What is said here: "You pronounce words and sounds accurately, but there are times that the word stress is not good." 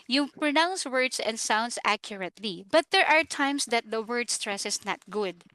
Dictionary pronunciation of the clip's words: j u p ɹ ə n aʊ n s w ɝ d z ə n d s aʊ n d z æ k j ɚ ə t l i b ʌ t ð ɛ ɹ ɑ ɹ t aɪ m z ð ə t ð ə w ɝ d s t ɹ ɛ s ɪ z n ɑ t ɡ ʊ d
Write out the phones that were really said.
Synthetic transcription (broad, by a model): j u p ɹ ə n aʊ n s w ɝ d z ə n d s aʊ n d s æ k j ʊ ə t l i b ʌ t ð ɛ ɹ ɑ ɹ t aɪ m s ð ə t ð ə w ɝ d s t ɹ ɛ s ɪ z n ɑ t ɡ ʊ d